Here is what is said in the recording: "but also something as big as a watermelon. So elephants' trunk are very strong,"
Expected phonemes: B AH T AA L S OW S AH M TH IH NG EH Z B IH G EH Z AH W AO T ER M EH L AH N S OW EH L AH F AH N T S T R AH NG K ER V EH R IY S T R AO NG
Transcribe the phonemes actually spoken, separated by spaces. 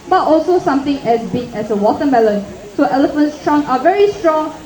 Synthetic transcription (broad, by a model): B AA T AA L S OW S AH M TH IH NG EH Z B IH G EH S AH W AO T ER M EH L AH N S OW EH L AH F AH N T S T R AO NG AA V EH R IY S T R AO NG